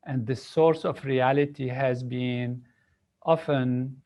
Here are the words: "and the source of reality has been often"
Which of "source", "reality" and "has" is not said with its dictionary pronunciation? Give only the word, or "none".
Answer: none